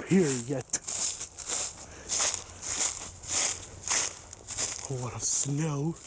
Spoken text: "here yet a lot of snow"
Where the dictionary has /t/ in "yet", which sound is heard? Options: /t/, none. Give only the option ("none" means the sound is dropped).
/t/